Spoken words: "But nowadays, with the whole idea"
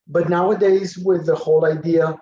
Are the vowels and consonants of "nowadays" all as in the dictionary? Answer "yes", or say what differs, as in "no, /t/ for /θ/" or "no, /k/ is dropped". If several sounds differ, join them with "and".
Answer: yes